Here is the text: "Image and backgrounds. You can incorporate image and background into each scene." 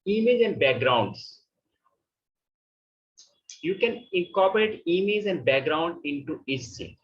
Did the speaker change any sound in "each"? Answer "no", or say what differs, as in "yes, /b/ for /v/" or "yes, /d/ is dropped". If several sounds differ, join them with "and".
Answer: yes, /s/ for /tʃ/